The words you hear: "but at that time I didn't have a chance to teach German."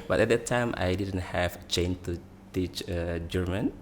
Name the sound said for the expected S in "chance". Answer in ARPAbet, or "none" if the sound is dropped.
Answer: none